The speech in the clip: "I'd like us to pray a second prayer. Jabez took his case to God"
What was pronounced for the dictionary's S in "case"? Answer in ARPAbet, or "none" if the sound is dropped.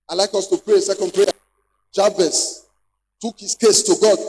S